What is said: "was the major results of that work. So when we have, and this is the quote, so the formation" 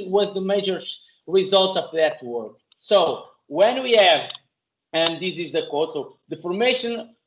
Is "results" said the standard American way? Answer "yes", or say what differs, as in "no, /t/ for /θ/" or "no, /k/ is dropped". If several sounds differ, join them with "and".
yes